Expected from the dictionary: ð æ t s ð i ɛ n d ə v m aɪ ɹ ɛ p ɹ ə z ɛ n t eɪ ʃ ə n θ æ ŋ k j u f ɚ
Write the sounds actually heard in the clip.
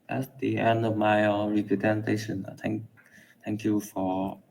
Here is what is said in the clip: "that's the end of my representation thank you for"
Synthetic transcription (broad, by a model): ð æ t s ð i ɛ n d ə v m aɪ ɹ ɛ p ɹ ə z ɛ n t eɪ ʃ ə n t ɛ ŋ k j u f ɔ